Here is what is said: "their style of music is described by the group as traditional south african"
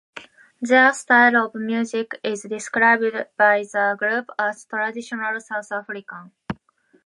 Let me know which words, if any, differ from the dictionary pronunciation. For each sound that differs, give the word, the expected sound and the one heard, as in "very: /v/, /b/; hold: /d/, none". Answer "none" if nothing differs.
south: /θ/, /t/; african: /n/, none